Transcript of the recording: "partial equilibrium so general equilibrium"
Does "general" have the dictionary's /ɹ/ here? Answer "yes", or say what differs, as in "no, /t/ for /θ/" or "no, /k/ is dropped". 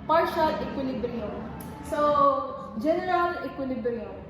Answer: yes